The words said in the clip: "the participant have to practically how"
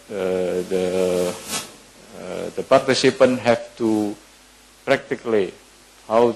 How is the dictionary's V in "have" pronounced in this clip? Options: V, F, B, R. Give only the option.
F